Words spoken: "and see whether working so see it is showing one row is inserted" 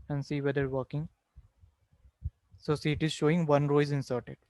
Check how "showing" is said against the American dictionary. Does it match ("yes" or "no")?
yes